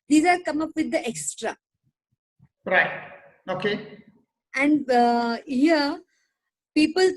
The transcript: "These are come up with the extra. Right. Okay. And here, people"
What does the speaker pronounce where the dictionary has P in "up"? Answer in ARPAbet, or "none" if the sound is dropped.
P